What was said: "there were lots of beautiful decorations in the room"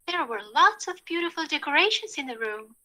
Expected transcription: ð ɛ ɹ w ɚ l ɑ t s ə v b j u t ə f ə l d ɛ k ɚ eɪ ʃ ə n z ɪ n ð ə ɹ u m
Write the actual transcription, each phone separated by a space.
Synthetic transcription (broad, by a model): ð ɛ ɹ w ɚ l ɑ t s ə v b j u t ə f ə l d ɛ k ɚ eɪ ʃ ə n z ɪ n ð ə ɹ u m